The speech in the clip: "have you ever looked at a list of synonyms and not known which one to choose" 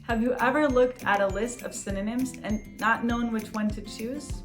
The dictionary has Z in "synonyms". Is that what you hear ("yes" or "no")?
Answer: yes